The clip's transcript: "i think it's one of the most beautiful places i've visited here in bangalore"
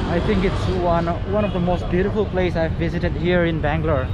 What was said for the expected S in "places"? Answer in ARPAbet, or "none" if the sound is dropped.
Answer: none